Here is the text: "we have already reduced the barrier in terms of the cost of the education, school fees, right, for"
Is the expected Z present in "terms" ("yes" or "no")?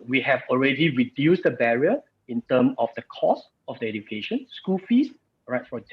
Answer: no